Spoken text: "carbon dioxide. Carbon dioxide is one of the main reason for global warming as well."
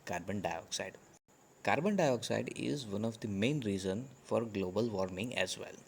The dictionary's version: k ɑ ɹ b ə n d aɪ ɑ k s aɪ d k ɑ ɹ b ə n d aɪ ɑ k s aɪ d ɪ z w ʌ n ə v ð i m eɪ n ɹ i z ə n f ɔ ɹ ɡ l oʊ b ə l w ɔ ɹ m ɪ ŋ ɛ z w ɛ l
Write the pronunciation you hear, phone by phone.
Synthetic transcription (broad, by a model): k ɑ ɹ b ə n d aɪ ɑ k s aɪ d k ɑ ɹ b ə n d aɪ ɑ k s aɪ d ɪ z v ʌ n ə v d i m eɪ n ɹ i z ə n f ɔ ɹ ɡ l oʊ b ə l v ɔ ɹ m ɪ ŋ ɛ z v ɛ l